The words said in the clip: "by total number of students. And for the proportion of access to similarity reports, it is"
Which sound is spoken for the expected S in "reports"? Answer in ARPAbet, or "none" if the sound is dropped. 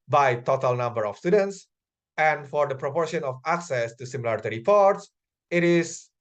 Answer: S